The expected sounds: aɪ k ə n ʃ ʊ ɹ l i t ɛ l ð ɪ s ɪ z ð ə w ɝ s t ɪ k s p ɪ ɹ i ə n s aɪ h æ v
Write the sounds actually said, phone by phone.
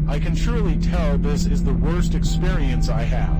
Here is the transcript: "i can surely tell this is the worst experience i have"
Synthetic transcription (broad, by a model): aɪ k ə n ʃ ʊ ɹ l i t ɛ l ð ɪ s ɪ z ð ə w ɝ s t ɪ k s p ɪ ɹ i ə n s aɪ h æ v